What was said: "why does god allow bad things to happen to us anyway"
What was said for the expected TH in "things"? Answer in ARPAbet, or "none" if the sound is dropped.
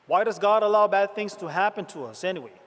TH